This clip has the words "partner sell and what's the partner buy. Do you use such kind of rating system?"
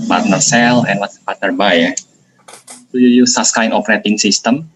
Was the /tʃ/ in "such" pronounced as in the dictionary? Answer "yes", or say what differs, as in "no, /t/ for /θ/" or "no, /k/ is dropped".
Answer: no, /s/ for /tʃ/